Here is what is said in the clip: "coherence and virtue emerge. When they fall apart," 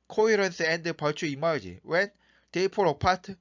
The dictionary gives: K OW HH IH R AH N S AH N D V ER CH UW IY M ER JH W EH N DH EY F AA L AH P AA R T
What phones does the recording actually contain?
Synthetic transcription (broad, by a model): K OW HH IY R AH N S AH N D P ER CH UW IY M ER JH W EH N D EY P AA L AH P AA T